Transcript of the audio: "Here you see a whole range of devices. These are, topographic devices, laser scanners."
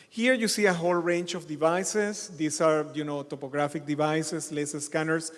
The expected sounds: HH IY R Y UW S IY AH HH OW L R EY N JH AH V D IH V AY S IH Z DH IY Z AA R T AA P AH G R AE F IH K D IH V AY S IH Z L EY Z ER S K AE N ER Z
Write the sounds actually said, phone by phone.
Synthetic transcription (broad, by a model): HH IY R Y UW S IY AH HH OW L R EY N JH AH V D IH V AY S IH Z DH IY S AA R T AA P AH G R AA F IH K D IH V AY S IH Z L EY S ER S K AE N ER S